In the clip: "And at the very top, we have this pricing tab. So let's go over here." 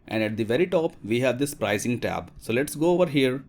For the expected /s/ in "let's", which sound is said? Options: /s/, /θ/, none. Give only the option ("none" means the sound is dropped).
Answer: /s/